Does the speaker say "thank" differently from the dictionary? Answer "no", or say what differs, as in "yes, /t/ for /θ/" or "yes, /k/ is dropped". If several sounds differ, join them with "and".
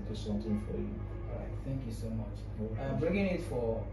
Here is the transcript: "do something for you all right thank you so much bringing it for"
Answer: no